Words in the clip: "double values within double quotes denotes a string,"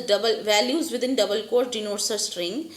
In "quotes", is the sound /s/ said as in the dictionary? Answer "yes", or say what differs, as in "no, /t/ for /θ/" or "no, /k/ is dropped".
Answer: no, /s/ is dropped